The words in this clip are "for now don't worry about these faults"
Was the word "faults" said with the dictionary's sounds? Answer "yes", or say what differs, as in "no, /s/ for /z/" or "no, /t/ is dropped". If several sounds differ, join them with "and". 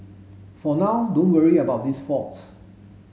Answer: no, /l/ is dropped